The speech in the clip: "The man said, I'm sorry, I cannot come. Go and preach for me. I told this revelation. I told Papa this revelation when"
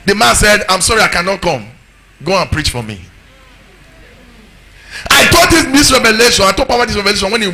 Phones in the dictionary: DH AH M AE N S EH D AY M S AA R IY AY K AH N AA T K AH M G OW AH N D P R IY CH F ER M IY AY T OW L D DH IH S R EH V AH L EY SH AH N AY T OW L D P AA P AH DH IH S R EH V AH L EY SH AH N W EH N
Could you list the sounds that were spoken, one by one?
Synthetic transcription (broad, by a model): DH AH M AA N S EH D AY M S AA R IY AY K AH N AA T K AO M G OW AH N P R IY CH F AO M IY AY T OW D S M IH S R EH V AH L EY SH AH N AY T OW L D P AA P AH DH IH S R EH V AH L EY SH AH N W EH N